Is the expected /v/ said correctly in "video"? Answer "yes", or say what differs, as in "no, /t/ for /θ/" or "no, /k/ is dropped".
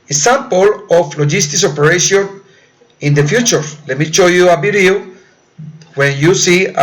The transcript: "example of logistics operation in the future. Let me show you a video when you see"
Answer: no, /b/ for /v/